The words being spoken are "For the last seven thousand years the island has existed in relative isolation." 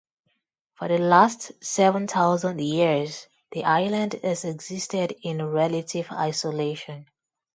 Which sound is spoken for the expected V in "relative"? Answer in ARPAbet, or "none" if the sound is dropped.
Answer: V